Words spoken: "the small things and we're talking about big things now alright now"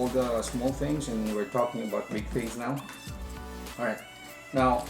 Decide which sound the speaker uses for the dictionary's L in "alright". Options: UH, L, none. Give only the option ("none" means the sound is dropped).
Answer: none